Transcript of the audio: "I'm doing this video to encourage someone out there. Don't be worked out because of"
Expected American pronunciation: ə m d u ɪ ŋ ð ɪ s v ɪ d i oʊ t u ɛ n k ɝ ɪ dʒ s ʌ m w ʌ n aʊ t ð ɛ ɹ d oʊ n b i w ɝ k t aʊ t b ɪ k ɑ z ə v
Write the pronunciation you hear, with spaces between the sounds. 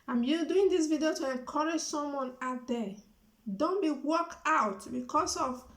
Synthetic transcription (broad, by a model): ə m d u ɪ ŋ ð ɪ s v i d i oʊ t u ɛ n k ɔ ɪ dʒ s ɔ m w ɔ n aʊ t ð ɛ d oʊ n b i w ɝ k aʊ t b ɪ k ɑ s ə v